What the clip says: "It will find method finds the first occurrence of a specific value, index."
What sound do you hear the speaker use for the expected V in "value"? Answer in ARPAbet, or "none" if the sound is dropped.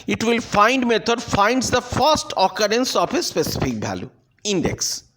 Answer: B